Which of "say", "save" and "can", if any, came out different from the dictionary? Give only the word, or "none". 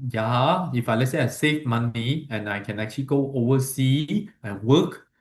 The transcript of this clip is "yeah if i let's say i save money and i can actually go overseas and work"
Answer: save